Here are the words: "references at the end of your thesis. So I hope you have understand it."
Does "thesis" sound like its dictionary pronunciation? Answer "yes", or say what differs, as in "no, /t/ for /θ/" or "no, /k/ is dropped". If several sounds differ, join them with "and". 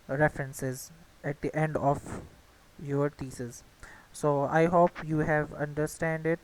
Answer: no, /t/ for /θ/